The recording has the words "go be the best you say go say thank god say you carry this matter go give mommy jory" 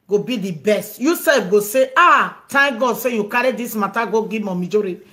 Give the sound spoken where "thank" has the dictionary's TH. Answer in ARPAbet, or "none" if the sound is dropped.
T